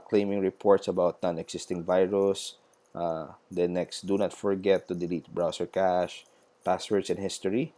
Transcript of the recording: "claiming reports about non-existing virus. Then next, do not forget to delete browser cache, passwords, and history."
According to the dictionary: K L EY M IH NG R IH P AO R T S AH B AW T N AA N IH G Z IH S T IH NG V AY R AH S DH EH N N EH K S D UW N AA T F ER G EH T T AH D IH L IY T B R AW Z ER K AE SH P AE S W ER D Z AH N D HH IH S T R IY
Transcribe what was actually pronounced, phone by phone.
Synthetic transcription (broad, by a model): K L EY M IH NG R IH P AO R T S AH B AW T N AA N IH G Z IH S T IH NG V AY R AH S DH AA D N EH K S D UW N AA T F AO G EH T T AH D IH L IY T B R AW S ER K AE SH P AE S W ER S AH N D HH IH S T R IY